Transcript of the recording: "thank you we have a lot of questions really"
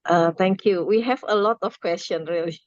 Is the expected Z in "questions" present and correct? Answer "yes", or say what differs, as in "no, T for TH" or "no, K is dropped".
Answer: no, Z is dropped